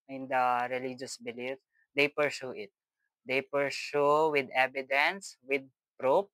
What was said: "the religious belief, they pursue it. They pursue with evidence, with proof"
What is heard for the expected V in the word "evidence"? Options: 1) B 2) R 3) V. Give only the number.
1